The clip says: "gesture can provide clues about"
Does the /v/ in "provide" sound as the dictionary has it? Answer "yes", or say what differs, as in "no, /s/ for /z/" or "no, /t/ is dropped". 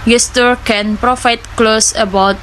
no, /f/ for /v/